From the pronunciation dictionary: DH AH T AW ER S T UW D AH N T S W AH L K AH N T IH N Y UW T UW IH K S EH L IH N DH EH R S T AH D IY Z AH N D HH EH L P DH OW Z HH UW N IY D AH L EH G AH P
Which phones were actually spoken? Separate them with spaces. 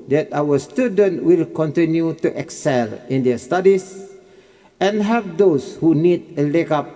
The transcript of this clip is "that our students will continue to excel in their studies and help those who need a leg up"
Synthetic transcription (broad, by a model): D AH T AW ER S T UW D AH N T W AH L K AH N T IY N Y UW T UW IH K S EH L IH N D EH S T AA D IY S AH N HH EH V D OW S HH UW N IY D AH L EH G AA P